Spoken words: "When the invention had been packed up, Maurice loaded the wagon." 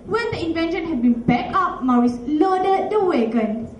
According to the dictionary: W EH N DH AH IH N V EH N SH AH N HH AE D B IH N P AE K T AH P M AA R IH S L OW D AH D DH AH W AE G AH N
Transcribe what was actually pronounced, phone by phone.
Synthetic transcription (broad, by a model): W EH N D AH IH N V EH N SH AH N HH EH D B IH N B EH K AH P M AA R IH S L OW D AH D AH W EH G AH N